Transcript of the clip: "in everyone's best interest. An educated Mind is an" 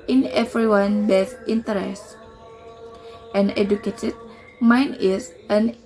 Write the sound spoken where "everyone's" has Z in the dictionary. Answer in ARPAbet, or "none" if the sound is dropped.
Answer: none